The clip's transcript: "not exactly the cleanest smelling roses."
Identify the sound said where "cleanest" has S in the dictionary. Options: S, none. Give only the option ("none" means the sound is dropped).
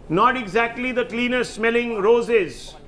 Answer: none